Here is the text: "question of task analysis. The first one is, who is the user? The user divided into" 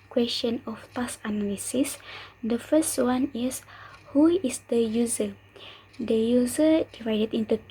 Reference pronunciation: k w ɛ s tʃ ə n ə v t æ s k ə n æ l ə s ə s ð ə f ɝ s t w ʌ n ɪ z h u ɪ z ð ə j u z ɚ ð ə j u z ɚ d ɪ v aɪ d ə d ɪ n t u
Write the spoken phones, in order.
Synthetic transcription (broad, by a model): k w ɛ s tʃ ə n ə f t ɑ s ə n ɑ l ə s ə s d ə f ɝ s t w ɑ n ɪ s h u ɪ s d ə j u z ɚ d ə j u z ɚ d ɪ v aɪ d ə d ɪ n t u